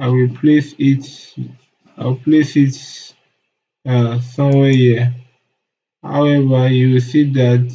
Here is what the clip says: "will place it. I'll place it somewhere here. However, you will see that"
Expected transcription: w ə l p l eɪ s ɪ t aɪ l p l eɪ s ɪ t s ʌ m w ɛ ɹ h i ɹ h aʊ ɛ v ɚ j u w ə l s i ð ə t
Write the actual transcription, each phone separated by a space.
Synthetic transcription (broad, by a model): w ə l p l eɪ s ɪ t aɪ w p l eɪ s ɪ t s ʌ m w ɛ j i h aʊ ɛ v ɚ j u w ə l s i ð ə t